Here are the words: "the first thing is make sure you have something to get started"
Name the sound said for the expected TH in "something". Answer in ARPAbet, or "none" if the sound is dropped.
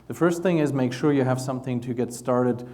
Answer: TH